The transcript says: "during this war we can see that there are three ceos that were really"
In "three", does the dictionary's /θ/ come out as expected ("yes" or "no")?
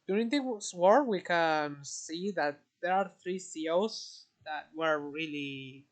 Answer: yes